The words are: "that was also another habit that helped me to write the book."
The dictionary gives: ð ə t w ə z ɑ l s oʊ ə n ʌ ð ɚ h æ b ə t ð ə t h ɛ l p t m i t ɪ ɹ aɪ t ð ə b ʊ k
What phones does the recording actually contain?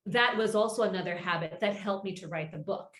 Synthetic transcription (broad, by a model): ð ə t w ə z ɑ l s oʊ ə n ʌ ð ɚ h æ b ə t ð ə t h ɛ l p m i t ɪ ɹ aɪ t ð ə b ʊ k